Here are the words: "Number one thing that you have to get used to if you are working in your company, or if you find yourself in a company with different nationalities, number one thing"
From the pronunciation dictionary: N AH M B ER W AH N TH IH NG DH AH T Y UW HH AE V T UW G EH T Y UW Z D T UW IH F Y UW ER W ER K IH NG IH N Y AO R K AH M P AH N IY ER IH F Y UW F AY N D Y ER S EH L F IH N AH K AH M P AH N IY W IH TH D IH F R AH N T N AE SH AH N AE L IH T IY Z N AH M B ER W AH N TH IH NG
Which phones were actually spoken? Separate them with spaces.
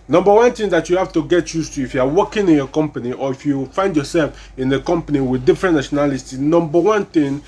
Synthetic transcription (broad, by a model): N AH M B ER W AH N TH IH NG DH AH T Y UW HH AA F T UW G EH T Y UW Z T UW IH F Y UW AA W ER K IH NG IH N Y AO K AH M P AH N IY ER IH F Y UW F AY N D Y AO S EH L F IH N AH K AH M P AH N IY W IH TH D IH F R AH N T N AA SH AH N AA L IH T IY N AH M B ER W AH N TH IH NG